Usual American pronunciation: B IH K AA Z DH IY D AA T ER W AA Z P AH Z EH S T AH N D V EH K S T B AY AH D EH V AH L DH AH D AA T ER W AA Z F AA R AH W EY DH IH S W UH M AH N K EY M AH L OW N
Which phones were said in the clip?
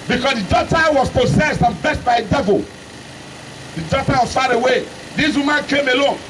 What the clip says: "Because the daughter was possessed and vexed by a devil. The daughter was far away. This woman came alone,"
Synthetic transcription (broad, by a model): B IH K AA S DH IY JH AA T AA W AA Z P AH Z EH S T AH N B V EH S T B AY AH D EH V AH L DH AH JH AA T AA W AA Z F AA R AH W EY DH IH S W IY M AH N K EY M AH L OW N